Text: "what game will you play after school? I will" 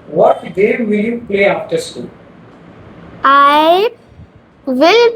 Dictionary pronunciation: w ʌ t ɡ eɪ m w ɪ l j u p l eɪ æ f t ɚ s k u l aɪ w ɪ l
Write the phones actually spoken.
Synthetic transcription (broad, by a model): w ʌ t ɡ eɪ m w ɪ l j u p l eɪ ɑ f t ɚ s u aɪ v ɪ l